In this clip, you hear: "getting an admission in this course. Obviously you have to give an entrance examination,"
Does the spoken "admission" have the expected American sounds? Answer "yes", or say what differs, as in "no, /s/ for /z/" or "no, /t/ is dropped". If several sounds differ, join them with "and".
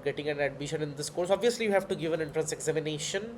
yes